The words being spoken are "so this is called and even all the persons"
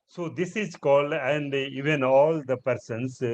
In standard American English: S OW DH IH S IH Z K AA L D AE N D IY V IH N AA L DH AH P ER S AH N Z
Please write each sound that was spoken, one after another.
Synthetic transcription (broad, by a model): S OW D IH S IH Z K AA L D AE N D IY V IH N AA L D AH P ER S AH N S